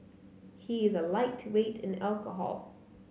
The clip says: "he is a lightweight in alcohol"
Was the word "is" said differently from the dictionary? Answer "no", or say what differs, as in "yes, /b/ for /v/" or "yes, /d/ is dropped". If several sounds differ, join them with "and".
no